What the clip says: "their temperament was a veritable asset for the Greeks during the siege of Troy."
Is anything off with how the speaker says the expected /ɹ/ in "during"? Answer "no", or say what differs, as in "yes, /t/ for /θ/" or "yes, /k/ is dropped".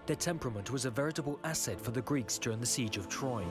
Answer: no